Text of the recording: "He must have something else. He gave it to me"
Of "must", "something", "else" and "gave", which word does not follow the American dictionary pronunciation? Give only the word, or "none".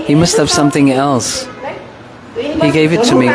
none